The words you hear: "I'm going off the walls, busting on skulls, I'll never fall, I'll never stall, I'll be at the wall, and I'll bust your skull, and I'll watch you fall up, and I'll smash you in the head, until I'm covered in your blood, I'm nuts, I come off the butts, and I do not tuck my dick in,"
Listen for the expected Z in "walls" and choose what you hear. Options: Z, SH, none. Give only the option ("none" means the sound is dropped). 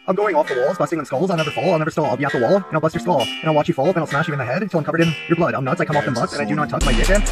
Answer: Z